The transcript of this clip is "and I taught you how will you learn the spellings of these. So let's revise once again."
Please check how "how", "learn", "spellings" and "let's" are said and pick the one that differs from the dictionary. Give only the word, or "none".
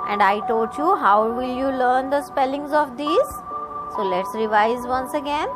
none